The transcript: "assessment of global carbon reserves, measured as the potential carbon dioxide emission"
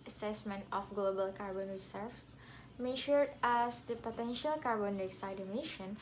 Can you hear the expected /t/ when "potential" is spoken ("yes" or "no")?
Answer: yes